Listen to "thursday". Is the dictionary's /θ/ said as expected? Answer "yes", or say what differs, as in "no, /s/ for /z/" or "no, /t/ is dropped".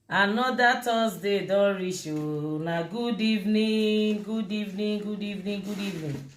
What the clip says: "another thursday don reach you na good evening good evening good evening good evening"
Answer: no, /t/ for /θ/